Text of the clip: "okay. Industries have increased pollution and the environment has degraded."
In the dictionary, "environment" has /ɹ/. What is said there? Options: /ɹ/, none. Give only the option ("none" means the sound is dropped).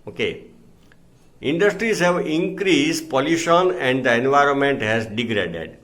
/ɹ/